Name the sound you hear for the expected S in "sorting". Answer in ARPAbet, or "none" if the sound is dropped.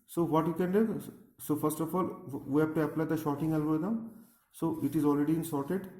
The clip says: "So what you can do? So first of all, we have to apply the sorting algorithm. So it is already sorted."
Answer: SH